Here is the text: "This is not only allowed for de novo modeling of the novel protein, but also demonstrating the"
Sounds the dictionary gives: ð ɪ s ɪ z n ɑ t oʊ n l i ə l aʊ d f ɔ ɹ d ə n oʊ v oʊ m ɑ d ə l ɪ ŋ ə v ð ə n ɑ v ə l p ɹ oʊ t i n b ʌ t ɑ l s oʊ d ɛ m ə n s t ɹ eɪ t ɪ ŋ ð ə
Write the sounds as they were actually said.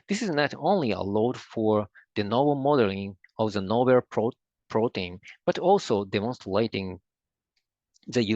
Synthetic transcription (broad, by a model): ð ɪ s ɪ z n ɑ t oʊ n l i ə l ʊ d f ɔ ɹ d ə n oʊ b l m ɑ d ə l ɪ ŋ ə v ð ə n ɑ b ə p p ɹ oʊ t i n b ʌ t ɑ l s oʊ d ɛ m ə n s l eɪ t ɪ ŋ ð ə